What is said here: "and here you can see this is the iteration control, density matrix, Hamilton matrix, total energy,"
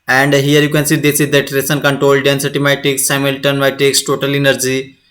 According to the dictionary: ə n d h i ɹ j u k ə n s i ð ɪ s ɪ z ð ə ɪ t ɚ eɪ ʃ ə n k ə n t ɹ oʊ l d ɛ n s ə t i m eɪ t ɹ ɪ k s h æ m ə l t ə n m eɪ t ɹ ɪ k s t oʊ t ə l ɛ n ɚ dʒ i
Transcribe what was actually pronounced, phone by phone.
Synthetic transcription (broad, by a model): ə n d h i ɹ j u k ə n s i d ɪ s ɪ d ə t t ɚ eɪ s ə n k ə n t ɹ oʊ l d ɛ n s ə t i m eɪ t ɪ k s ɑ m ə l t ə n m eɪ t ɪ k s t oʊ t ə l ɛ n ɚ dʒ i